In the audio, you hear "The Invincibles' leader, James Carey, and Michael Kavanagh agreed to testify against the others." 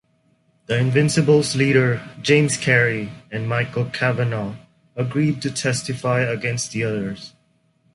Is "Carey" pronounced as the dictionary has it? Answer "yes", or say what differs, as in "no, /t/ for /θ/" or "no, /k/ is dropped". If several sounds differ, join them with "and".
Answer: yes